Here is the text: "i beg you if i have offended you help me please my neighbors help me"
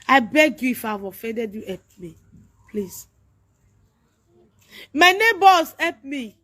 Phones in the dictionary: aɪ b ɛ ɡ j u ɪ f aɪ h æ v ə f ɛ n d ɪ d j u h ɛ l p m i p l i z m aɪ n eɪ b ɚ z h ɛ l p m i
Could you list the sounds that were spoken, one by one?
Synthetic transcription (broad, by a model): aɪ b ɛ ɡ j u ɪ f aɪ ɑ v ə f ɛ d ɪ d j u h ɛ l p m i p l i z m aɪ n eɪ b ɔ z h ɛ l p m i